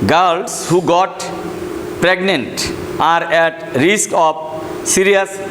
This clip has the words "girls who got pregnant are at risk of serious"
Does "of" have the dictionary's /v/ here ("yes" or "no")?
no